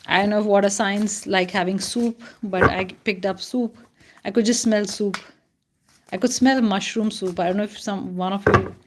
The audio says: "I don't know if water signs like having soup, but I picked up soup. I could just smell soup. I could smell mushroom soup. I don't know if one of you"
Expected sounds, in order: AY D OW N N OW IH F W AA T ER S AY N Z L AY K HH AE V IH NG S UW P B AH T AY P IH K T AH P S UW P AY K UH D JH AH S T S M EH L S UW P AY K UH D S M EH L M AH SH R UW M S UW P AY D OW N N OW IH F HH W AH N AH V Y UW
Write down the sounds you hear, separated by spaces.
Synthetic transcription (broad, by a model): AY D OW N N OW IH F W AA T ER S AY N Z L AY K HH AE V IH NG S UW P B AH T AY P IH K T AH P S UW P AY K UH D JH AH S T S M EH L S UW P AY K UH D S M EH L M AH SH R UW M S UW P AY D OW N N OW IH F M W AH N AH F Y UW